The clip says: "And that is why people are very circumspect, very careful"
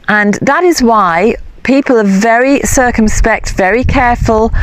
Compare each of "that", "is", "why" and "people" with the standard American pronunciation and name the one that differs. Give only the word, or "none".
none